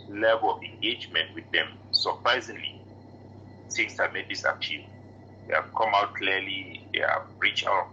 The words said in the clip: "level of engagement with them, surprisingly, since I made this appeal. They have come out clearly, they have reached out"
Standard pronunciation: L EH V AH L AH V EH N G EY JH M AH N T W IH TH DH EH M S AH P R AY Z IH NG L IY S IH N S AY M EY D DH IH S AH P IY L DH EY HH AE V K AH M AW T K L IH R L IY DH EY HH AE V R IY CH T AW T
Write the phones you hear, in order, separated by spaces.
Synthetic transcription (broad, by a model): L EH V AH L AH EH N G EY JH M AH N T W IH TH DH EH M S AH P R AY Z IH NG L IY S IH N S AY M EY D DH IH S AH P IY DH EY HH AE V K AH M AW T K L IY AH L IY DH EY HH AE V R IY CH AW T